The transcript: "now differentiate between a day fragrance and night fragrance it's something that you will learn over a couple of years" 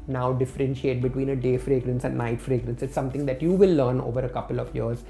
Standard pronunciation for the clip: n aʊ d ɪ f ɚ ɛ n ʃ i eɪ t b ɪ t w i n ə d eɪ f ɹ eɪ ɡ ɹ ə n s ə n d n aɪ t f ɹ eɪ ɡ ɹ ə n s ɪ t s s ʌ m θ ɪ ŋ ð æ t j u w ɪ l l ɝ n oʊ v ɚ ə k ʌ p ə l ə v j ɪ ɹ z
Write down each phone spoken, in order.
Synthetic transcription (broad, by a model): n aʊ d ɪ f ɚ ɛ n ʃ i eɪ t b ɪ t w i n ə d eɪ f ɹ eɪ ɡ ɹ ə n s ə n d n aɪ t f ɹ eɪ ɡ ɹ ə n s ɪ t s s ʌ m t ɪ ŋ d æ t j u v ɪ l l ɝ n oʊ v ɚ ə k ʌ p ə l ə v j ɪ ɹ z